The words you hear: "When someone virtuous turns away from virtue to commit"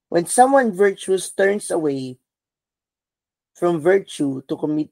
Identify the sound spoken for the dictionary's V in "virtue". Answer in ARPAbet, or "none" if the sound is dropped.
V